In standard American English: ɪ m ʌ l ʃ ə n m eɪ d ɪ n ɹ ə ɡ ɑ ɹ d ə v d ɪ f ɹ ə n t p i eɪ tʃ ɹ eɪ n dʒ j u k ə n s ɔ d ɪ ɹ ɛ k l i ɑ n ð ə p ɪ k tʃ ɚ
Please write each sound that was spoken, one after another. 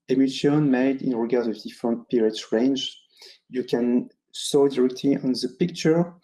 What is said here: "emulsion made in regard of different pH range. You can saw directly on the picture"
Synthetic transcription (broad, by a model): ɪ m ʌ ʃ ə n m eɪ d ɪ n ɹ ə ɡ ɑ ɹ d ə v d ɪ f ɹ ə n t p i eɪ s ɹ eɪ n dʒ j u k ə n s ɔ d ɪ ɹ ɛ k l i ɑ n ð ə p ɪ k tʃ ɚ